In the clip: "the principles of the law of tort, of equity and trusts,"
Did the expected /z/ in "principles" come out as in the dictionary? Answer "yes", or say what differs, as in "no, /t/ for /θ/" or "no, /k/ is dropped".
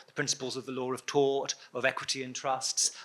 yes